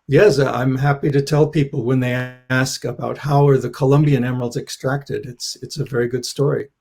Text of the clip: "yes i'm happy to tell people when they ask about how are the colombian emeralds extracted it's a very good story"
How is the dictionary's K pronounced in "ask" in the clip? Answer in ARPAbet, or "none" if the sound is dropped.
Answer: K